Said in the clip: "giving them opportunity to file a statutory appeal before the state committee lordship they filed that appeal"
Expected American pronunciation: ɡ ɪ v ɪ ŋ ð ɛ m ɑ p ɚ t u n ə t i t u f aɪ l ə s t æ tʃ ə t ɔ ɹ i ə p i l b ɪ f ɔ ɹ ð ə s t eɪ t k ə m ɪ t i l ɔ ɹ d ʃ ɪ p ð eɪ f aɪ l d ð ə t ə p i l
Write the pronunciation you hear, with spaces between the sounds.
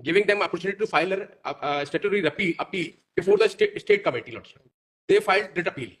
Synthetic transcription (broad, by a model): ɡ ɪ v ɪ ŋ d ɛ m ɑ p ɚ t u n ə t i t u f aɪ l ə s t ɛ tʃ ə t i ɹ i ə p i l b ɪ f ɔ ɹ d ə s t eɪ t k ə m ɪ t i l ɔ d s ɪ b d eɪ f aɪ l d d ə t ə p i l